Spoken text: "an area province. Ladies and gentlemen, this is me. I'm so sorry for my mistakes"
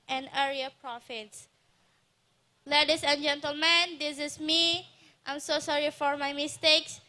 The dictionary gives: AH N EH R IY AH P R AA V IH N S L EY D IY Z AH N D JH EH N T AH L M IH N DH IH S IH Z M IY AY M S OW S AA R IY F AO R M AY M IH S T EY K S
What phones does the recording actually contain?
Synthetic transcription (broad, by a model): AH N EH R IY AH P R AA F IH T S L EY D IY S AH N JH EH N T AH L M IH N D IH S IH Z M IY AY M S OW S AA R IY F AO R M AY M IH S T EY K S